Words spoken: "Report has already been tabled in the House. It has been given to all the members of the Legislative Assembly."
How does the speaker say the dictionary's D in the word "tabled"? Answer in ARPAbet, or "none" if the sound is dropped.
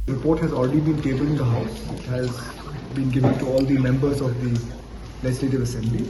none